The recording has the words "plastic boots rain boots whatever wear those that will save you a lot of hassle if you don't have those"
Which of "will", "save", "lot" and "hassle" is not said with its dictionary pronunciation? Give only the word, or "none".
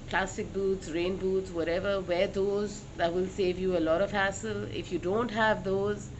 none